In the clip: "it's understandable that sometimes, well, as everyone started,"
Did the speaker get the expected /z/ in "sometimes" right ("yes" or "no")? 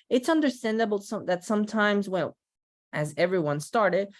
yes